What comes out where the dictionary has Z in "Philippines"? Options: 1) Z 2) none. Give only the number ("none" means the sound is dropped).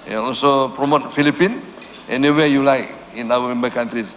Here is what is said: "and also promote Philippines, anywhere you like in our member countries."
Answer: 2